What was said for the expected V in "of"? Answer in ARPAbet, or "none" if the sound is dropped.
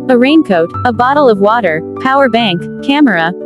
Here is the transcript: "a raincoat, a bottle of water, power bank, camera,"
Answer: V